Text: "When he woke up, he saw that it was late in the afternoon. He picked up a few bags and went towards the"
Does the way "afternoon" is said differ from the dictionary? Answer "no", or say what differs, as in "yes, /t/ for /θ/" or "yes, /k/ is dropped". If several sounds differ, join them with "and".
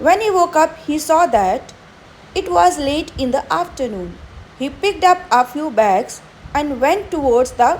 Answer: no